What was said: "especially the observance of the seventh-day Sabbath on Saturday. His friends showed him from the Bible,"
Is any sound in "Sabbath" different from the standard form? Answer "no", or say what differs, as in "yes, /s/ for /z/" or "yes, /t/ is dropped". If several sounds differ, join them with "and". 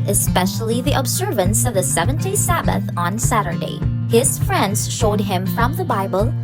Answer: no